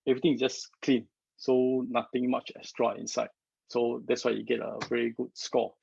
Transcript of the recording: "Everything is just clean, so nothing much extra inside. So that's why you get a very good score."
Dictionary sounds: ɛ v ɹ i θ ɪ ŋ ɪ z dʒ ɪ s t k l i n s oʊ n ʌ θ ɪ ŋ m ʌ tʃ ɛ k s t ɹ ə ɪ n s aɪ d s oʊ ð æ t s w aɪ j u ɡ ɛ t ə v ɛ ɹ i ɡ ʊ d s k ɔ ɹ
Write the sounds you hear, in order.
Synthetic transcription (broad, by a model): ɛ v ɹ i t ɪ ŋ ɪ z dʒ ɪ s k l i n s oʊ n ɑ t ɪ ŋ m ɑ tʃ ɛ s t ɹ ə ɪ n s aɪ d s oʊ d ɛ t s w aɪ j u ɡ ɛ t ə v ɛ ɹ i ɡ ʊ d s k ɔ